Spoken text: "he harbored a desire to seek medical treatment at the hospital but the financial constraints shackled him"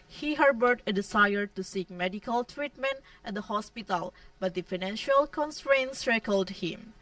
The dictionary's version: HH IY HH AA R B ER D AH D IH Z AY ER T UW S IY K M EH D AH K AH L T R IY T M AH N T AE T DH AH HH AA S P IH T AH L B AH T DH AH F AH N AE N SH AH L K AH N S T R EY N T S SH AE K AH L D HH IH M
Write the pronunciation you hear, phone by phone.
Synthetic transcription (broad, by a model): HH IY HH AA R B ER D AH D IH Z AY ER T UW S IY K M EH D AH K AH L T R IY T M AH N T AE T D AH HH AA S P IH T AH L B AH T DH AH F AH N AE N SH AH L K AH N S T R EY N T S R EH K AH L D HH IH M